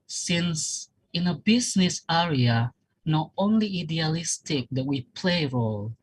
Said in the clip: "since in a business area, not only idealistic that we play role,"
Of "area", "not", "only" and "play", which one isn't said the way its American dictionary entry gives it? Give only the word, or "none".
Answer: none